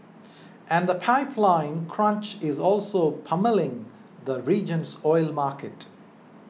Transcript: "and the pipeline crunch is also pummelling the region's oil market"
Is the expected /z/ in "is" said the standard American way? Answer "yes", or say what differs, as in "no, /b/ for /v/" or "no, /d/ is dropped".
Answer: yes